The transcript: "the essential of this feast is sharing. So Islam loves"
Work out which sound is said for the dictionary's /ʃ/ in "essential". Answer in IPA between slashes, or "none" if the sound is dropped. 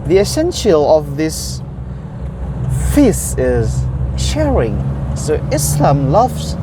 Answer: /ʃ/